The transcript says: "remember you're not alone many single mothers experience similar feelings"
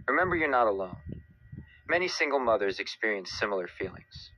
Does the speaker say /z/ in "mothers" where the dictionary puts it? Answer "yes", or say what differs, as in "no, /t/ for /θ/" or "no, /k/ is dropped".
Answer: yes